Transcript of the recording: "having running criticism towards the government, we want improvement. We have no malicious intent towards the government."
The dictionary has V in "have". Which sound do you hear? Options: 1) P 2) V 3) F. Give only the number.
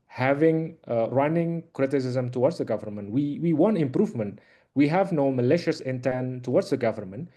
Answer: 2